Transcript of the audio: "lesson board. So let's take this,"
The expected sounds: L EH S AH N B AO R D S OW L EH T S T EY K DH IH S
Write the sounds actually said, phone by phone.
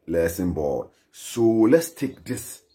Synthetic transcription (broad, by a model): L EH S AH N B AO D S OW L EH T S T EY K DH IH S